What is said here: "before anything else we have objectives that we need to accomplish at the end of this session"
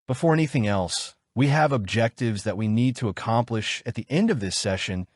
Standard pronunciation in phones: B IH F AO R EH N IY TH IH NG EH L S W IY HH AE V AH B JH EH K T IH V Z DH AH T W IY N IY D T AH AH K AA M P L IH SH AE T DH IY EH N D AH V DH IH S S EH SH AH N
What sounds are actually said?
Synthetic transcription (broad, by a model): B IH F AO R EH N IY TH IH NG EH L S W IY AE V AH B JH EH K T IH V Z DH AH T W IY N IY D T AH AH K AA M P L IH SH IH T DH IY EH N D AH V DH IH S S EH SH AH N